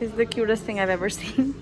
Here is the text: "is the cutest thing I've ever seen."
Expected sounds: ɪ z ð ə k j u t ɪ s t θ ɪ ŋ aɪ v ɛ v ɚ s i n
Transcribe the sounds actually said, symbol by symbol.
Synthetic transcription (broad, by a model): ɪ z ð ə k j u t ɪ s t θ ɪ ŋ aɪ v ɛ v ɚ s i n